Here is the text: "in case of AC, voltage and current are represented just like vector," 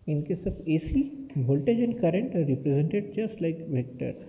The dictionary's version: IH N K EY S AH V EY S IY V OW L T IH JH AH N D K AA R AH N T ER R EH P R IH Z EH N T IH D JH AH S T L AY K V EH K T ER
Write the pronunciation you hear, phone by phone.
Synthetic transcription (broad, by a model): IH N K EY S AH B EY S IY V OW L T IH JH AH N K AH R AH N T R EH P R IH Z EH N T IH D JH AH S T L AY K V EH K T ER